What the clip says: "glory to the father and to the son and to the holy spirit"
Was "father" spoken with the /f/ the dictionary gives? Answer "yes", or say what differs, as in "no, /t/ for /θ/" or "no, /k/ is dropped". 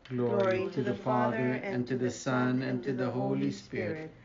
yes